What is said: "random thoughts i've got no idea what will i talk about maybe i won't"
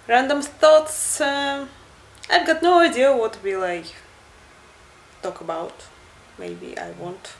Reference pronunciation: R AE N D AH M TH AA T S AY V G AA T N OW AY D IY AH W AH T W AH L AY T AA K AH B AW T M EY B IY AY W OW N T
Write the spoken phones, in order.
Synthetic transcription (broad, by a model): R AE N D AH M T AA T S AY V G AA T N OW AY D IY AH W AH T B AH L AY T AA K AH B AW T M EY B IY AY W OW N T